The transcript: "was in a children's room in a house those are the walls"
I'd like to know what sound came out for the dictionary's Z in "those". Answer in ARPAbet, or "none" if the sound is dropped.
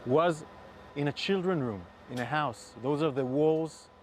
Z